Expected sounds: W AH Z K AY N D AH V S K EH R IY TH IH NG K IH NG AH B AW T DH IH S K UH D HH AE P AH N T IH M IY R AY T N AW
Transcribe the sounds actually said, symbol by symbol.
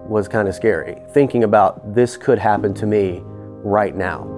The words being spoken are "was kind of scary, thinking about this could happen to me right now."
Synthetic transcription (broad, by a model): W AH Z K AY N D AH S K EH R IY TH IH NG K IH NG AH B AW T DH IH S K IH D HH AE P AH N T IH M IY R AY T N AW